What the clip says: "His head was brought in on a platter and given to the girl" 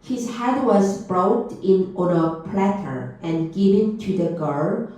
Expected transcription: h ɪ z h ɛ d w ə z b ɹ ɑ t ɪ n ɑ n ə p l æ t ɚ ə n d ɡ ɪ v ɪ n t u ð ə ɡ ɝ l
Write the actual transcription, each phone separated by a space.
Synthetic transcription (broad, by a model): h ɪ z h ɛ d w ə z b ɹ ɑ t ɪ n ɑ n ə p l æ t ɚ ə n ɡ ɪ v ɪ n t u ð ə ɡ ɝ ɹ